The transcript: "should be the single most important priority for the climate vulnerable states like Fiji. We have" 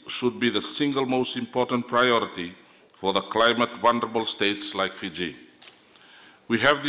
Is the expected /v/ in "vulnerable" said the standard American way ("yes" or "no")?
no